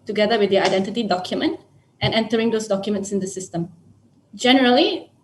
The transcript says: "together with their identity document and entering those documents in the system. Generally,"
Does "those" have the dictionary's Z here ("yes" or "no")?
no